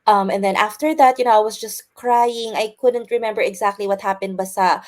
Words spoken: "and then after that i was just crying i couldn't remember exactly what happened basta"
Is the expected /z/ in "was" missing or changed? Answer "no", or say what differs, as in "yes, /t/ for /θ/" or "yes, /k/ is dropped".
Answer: yes, /s/ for /z/